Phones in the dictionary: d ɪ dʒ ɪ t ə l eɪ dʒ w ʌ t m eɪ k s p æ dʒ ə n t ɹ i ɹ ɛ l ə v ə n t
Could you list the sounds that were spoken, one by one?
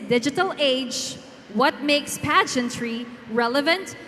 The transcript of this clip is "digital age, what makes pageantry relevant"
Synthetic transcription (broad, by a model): d ɪ dʒ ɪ t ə l eɪ dʒ w ʌ t m eɪ k s p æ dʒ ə n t ɹ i ɹ ɛ l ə v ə n t